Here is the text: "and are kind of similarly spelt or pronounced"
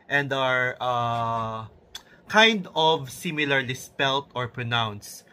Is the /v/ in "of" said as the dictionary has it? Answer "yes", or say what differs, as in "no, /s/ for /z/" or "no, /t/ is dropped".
yes